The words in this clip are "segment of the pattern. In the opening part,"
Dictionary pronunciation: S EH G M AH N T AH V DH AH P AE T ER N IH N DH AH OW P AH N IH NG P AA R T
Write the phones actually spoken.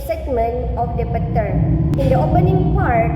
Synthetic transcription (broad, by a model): S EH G M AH N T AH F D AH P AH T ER IH N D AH OW P AH N IH NG P AA R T